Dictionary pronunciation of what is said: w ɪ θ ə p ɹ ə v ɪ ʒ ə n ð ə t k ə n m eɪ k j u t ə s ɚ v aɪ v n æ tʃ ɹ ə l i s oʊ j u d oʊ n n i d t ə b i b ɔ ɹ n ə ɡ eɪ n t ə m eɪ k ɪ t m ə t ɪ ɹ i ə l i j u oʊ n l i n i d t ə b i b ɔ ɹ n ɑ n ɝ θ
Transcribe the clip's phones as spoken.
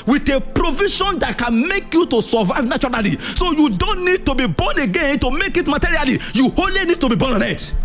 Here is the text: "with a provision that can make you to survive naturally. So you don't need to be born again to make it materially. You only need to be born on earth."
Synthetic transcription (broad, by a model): w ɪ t ə p ɹ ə v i ʃ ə n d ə t k ə n m eɪ k j u t ə s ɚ v aɪ v n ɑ tʃ ɹ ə l i s oʊ j u d oʊ n n i d t ə b i b ɔ n ə ɡ eɪ n t ə m eɪ k ɪ t m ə t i ɹ i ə l i j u oʊ l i n i d t ə b i b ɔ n ɑ n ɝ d